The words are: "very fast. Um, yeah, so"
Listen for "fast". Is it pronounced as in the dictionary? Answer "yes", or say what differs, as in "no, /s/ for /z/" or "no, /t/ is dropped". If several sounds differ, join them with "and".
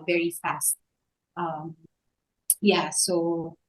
yes